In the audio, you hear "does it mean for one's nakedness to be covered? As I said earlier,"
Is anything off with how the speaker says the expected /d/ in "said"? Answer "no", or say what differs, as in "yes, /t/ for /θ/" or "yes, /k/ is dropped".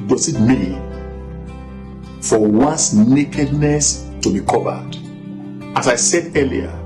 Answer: no